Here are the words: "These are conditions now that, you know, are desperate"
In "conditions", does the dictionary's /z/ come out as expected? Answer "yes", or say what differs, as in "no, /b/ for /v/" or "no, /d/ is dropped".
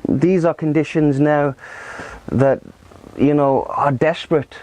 yes